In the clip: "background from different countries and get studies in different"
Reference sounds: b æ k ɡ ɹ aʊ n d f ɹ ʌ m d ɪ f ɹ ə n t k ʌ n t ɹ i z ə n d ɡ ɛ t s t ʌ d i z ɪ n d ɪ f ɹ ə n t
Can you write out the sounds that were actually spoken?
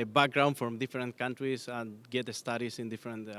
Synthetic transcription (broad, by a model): b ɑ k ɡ ɹ aʊ n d f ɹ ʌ m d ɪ f ɹ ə n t k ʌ n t ɹ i s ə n ɡ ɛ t s t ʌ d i s ɪ n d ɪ f ɹ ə n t